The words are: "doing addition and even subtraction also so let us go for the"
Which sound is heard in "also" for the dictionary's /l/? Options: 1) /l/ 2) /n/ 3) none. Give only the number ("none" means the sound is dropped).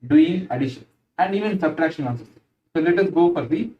2